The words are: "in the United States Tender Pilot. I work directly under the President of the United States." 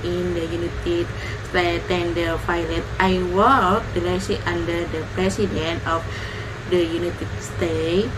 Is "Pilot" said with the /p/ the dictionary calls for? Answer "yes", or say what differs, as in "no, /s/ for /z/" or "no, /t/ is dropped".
no, /f/ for /p/